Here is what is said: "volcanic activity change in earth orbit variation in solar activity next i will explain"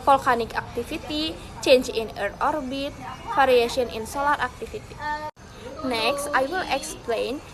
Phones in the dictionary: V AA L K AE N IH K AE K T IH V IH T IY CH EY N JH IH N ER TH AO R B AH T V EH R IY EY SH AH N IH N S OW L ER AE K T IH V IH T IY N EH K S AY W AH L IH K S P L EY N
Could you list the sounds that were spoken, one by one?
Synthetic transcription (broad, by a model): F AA L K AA N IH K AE K T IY F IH T IY CH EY N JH IH N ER T AO R B AH T F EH R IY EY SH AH N IH N S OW L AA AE K T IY F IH T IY N EH K S AY W AH L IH K S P L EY N